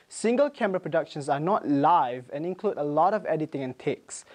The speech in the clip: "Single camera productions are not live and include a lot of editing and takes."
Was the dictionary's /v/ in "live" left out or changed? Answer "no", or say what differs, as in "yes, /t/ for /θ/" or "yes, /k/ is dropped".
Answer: no